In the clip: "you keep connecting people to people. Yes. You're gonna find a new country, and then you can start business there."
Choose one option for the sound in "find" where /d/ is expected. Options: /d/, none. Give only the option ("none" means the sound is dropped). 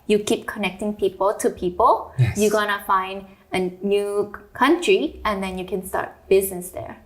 /d/